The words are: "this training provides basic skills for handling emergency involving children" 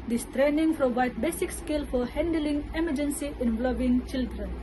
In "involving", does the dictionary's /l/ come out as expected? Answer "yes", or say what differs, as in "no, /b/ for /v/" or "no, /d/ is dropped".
no, /l/ is dropped